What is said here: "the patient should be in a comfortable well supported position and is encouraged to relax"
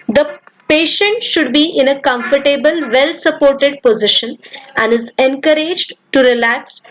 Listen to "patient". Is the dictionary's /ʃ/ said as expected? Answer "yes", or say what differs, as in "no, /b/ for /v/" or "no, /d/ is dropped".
yes